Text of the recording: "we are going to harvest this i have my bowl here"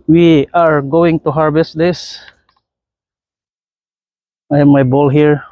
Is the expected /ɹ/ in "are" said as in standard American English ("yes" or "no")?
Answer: yes